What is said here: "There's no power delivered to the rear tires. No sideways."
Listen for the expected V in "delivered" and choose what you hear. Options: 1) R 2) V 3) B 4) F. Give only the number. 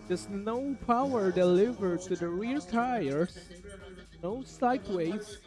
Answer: 2